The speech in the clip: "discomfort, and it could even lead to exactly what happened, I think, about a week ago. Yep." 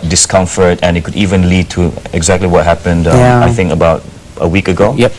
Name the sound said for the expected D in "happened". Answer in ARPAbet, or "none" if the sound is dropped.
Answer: D